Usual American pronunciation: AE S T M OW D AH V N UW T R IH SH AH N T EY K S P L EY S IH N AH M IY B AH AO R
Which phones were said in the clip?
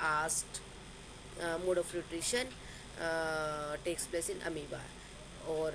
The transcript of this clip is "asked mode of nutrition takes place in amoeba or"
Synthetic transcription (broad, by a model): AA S T M OW D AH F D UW T R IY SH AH N T EY K S P L EY S IH N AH M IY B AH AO R